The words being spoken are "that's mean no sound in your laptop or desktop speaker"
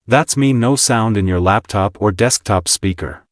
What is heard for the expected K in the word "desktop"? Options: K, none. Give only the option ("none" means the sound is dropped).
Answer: K